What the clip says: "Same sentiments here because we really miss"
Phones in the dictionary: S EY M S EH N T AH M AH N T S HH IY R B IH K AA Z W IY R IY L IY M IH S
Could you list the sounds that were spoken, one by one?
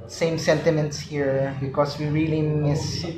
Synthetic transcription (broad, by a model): S EY M S EH N T AH M AH N T S HH IY R B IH K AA S W IY R IY L IY M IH S